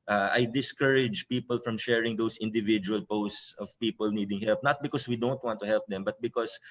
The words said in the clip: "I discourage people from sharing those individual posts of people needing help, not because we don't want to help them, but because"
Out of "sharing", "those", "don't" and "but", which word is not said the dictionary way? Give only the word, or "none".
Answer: those